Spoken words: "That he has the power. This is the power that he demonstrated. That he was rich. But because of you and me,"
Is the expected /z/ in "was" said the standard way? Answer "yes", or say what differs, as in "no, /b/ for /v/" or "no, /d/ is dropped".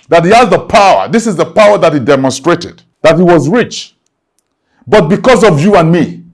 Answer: yes